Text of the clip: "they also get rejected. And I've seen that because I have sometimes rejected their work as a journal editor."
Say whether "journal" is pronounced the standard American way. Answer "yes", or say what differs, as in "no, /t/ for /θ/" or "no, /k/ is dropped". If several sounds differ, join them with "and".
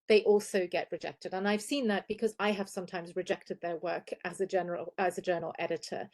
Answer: no, /l/ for /n/